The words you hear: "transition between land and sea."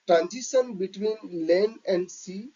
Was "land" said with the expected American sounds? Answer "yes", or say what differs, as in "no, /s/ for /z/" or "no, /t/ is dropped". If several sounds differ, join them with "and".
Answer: no, /d/ is dropped